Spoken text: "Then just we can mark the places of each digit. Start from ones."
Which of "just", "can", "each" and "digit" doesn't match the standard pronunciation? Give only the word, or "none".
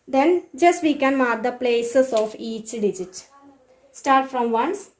none